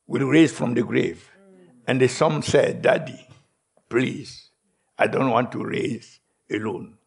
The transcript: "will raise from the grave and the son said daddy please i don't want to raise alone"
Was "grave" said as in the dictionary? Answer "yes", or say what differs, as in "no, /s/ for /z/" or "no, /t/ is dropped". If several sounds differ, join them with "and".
yes